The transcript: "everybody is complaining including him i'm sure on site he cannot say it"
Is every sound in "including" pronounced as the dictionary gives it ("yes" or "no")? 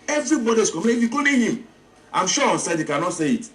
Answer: no